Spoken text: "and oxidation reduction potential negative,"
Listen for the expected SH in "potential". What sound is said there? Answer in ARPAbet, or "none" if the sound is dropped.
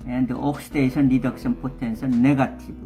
S